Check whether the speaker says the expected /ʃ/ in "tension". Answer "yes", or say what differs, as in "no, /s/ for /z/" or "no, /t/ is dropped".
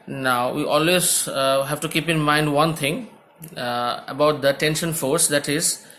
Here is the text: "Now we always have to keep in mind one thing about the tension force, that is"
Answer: yes